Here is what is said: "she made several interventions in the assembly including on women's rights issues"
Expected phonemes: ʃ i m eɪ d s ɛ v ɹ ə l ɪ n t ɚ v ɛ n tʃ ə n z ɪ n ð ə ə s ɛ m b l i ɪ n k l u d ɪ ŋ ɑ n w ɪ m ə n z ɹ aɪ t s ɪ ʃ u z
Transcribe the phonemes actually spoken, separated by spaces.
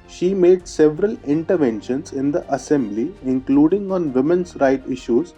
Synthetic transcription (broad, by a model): ʃ i m eɪ d s ɛ v ɹ ə l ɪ n t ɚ v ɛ n ʃ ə n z ɪ n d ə ə s ɛ m b l i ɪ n k l u d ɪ ŋ ɑ n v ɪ m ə n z ɹ aɪ t ɪ ʃ u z